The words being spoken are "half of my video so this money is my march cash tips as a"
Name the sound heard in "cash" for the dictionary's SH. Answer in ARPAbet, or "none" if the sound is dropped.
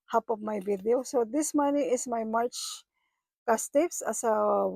S